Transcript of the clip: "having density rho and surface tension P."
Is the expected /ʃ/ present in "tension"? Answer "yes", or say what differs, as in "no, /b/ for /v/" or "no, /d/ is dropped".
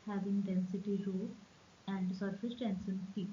no, /s/ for /ʃ/